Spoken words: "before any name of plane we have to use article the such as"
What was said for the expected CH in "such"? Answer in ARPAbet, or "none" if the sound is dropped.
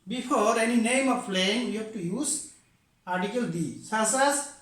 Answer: S